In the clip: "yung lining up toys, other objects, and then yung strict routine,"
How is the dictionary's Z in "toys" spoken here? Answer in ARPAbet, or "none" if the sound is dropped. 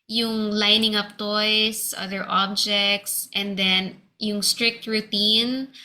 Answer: S